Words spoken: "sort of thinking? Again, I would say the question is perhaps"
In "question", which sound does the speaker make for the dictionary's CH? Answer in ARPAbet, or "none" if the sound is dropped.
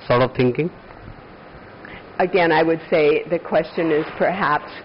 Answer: CH